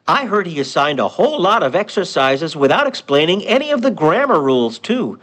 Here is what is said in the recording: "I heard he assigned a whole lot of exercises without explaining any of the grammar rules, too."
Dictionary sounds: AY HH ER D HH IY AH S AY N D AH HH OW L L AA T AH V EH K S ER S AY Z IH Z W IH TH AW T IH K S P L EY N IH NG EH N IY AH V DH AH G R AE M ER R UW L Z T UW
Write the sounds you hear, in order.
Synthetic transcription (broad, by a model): AY HH ER D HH IY AH S AY N D AH HH OW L L AA T AH V EH K S ER S AY Z IH Z W IH TH AW T IH K S P L EY N IH NG EH N IY AH V DH AH G R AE M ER R UW L Z T UW